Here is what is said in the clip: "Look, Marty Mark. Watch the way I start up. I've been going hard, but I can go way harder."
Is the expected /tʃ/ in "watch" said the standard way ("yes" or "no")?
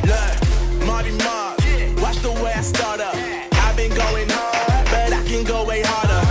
no